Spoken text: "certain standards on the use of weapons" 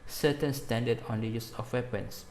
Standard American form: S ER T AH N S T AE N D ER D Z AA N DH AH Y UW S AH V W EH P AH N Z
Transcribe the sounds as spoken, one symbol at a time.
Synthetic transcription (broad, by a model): S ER T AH N S T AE N D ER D AA N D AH Y UW S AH F W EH P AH N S